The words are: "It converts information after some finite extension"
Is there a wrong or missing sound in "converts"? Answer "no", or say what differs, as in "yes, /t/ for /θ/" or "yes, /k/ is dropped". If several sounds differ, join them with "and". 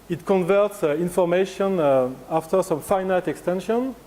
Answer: no